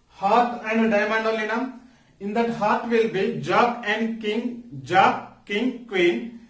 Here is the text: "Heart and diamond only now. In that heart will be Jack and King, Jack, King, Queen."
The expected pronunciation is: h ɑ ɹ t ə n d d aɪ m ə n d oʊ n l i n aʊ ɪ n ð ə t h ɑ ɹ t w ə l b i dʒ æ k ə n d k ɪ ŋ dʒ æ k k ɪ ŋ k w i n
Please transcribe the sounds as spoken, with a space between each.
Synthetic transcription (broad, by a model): h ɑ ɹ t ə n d d aɪ m ə n d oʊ l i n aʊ ɪ n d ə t h ɑ ɹ t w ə l b i dʒ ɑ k ə n d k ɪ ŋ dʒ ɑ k k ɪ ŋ k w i n